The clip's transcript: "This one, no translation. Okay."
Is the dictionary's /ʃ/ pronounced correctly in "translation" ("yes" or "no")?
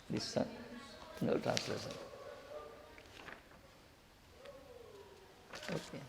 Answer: no